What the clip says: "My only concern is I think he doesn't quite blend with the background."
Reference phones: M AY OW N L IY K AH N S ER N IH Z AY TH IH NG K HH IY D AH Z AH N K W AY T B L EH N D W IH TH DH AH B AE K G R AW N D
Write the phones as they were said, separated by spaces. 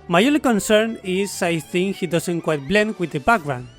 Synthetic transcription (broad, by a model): M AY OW L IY K AH N S ER N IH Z AY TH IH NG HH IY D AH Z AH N K W AY T B L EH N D W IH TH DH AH B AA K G R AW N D